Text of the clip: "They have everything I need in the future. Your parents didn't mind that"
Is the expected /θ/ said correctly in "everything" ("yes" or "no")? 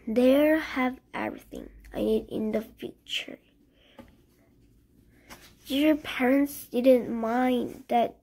yes